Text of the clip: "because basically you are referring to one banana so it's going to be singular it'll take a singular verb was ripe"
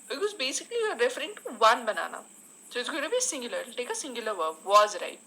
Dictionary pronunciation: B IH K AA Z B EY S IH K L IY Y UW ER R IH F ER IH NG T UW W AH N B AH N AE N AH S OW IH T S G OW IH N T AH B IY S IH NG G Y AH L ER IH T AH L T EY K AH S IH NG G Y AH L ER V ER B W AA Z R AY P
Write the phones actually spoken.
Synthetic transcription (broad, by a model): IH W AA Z B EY S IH K IY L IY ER R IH F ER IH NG T UW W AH N B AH N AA N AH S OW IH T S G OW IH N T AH B IY S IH NG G Y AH L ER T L T EY K AH S IH NG G Y AH L ER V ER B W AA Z R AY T